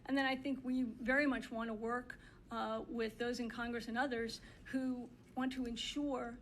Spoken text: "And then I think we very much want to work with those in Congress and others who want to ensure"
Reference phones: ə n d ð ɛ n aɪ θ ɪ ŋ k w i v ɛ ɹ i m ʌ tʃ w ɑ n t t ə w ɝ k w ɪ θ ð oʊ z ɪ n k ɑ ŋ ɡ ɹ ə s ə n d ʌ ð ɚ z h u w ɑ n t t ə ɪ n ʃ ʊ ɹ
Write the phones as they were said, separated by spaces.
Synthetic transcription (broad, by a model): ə n ð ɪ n aɪ θ ɪ ŋ k w i v ɛ ɹ i m ʌ tʃ w ɑ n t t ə w ɝ k w ɪ ð oʊ z ɪ n k ɑ ŋ ɡ ɹ ə s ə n ʌ ð ɚ z h u w ɑ n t t ə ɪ n ʃ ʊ ɹ